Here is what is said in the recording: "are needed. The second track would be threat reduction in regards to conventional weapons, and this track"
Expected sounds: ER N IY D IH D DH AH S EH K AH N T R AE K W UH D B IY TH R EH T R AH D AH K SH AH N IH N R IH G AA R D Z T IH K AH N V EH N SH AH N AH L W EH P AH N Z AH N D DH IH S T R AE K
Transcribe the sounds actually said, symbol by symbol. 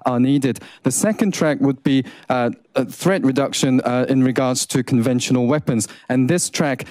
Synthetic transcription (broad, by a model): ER N IY D IH D DH AH S EH K AH N T R AE K W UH D B IY TH R EH T R AH D AH K SH AH N IH N R IH G AA R D Z T IH K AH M V EH N SH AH N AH L W EH P AH N Z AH N DH IH S T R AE K